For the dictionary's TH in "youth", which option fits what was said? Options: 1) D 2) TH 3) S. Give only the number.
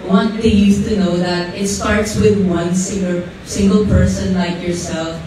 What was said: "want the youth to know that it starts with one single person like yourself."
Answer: 3